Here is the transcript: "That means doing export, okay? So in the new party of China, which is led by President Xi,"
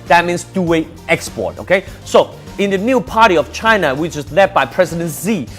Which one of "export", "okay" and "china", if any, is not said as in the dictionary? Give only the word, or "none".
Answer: none